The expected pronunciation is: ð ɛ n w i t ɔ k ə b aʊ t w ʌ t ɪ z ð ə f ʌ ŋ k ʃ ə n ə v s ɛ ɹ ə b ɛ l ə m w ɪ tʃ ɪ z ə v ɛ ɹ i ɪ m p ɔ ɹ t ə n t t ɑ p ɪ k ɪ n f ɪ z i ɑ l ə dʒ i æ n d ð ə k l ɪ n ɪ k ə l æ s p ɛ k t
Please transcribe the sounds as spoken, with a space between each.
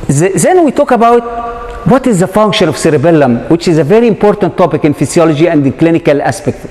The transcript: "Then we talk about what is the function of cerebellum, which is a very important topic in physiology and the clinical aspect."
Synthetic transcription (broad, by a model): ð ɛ n w i t ɔ k ə b aʊ t w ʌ t ɪ z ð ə f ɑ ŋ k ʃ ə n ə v s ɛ ɹ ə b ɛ l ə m w ɪ tʃ ɪ z ə v ɛ ɹ i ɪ m p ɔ ɹ t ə n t t ɑ p ɪ k ɪ n f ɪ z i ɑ l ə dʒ i æ n d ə k l ɪ n ɪ k ə l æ s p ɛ k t